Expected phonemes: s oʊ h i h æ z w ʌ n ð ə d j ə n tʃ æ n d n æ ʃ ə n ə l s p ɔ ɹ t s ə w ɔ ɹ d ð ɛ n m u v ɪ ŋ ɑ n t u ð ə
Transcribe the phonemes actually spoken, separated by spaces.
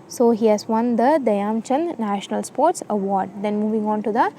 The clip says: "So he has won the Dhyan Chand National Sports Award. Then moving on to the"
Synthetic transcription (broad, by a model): s oʊ h i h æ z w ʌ n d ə d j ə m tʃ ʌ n n æ ʃ ə n ə l s p ɔ ɹ t s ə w ɔ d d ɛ n m u v ɪ ŋ ɑ n t u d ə